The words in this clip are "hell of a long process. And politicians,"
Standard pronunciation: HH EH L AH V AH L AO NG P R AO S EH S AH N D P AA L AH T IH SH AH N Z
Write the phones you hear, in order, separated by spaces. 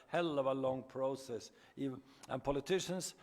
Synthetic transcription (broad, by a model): HH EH L AH V AH L AO NG P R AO S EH S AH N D P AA L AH T IH SH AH N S